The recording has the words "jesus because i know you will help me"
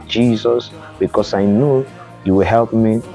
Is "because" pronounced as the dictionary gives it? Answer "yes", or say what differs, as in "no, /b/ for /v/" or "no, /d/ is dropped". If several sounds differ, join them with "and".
no, /s/ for /z/